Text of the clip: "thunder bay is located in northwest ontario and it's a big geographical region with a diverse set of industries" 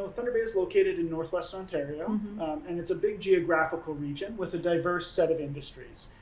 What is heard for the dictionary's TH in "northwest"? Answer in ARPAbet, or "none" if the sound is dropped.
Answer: TH